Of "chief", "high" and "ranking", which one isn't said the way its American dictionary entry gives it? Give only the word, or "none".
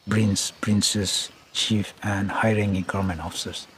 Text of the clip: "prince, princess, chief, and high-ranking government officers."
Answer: ranking